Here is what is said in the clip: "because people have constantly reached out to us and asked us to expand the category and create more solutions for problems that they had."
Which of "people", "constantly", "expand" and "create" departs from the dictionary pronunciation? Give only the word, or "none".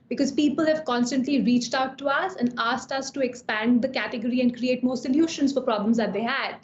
none